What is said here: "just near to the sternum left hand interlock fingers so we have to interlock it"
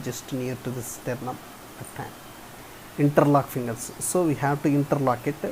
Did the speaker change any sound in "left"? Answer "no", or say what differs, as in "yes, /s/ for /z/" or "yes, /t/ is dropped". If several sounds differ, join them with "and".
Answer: yes, /f/ is dropped